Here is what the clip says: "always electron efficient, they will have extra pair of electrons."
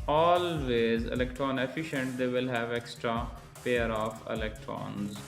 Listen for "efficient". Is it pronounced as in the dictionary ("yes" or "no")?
yes